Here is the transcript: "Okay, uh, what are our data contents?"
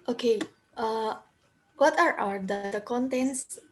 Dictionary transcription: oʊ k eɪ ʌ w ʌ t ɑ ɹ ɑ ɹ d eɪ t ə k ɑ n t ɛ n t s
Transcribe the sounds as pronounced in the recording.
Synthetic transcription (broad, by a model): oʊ k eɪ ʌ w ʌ t ɑ ɹ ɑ w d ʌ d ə k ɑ n t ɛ n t s